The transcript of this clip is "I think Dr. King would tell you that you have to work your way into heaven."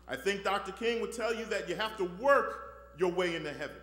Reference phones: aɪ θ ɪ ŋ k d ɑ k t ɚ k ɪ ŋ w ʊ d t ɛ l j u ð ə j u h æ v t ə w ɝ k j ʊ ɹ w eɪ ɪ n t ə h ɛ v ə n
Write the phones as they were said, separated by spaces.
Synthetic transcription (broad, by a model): aɪ θ ɪ ŋ k d ɑ k t ɚ k ɪ ŋ w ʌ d t ɛ l j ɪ ð ə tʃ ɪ h æ f t ə w ɝ k j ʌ ɹ w eɪ ɪ n t ə h ɛ v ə n